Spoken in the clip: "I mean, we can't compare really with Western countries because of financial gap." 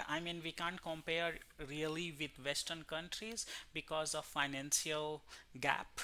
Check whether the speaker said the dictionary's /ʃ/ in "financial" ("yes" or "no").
no